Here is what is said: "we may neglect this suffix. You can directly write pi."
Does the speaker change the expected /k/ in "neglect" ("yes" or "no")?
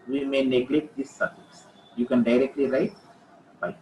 no